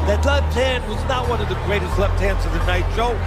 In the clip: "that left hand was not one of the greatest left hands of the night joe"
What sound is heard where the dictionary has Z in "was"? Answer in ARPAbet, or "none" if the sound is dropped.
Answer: Z